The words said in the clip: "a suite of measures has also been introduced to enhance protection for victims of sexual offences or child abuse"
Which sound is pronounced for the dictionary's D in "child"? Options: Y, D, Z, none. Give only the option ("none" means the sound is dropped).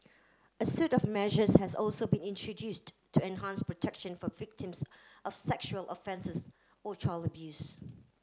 none